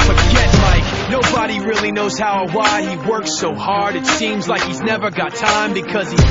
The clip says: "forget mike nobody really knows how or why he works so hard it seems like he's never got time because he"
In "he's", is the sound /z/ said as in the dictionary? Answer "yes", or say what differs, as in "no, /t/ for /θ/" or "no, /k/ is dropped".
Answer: yes